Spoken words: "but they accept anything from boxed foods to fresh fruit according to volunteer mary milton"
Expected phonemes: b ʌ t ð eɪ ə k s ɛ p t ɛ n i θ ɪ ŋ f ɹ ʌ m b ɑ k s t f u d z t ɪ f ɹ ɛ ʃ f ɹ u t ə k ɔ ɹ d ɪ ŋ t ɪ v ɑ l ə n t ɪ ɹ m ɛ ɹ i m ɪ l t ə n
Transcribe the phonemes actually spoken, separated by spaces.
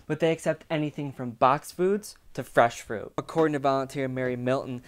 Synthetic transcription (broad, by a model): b ʌ t ð eɪ ə k s ɛ p t ɛ n i θ ɪ ŋ f ɹ ʌ m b ɑ k s f u d z t ɪ f ɹ ɛ ʃ f ɹ u t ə k ɔ ɹ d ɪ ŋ t ɪ v ɑ l ə n t ɪ ɹ m ɛ ɹ i m ɪ l t n